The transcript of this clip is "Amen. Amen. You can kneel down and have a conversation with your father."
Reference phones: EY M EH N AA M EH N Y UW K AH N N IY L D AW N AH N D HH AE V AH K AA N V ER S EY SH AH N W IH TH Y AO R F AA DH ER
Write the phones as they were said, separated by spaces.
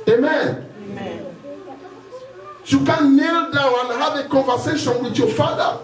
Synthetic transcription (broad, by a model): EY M M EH N Y UW K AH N N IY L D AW AH N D HH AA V AH K AA N V ER S EY SH AH N W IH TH Y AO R F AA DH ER